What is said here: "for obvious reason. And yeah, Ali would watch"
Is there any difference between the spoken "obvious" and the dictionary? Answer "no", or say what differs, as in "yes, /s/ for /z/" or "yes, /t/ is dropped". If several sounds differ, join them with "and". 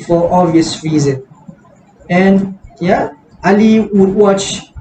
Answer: yes, /b/ is dropped